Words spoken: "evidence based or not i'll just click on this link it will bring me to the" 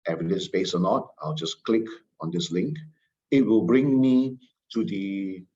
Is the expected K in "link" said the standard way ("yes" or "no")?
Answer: yes